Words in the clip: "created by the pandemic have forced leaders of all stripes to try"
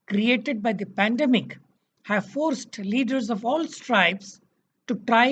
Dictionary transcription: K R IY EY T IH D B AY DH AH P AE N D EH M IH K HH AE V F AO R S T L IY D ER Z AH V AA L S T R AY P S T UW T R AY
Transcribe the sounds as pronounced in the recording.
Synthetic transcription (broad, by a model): K R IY EY T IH D B AY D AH P AE N D EH M IH K HH AE V F AO R S T L IY D ER Z AH V AA L S T R AY B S T UW T R AY